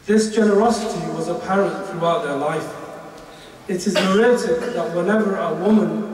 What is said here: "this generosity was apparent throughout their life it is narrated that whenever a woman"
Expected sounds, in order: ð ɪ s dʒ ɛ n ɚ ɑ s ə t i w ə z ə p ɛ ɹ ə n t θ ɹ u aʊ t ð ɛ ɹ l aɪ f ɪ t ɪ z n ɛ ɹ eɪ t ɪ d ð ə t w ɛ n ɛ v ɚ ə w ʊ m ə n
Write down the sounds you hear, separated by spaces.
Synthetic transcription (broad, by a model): ð ɪ s dʒ ɛ n ɚ ɑ s ə t i w ə z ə p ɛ ɹ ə n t θ ɹ u aʊ t ð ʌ ɹ l aɪ f ɪ t ɪ z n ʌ ɹ eɪ t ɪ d ð ə t w ɛ n ɛ v ɚ ə w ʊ m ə n